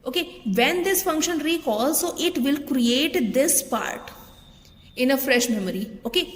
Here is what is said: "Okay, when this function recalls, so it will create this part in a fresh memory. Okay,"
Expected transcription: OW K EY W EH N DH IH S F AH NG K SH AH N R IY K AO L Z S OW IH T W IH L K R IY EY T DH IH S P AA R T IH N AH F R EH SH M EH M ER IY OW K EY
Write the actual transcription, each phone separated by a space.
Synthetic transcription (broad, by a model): OW K EY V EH N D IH S F AH NG K SH AH N R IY K AO L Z S OW IH T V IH L K R IY EY T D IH S P AA R T IH N AH F R EH SH M EH M ER IY OW K EY